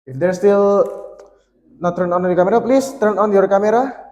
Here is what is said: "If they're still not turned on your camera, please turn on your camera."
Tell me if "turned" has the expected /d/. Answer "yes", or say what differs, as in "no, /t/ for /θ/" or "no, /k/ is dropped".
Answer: no, /d/ is dropped